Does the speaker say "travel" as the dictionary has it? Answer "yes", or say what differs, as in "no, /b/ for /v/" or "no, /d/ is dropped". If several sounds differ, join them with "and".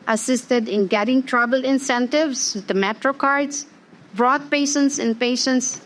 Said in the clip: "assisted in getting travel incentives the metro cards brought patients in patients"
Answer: no, /b/ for /v/